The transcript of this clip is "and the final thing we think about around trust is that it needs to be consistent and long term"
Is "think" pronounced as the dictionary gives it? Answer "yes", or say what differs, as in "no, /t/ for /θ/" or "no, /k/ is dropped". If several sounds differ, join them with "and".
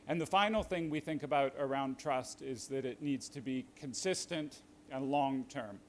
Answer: yes